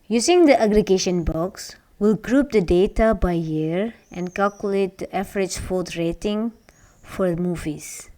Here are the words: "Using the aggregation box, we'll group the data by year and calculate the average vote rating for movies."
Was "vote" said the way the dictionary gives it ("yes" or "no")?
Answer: no